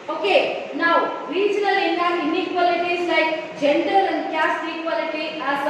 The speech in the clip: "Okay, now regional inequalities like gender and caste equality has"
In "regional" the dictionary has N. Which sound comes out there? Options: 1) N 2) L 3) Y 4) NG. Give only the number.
2